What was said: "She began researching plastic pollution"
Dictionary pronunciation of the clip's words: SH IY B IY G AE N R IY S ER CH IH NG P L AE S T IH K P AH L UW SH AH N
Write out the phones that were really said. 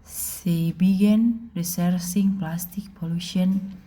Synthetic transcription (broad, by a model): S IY B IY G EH N R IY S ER S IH NG P L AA S T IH K P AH L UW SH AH N